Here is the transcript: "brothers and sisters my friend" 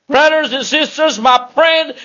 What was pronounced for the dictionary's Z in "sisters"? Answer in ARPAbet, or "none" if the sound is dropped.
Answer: Z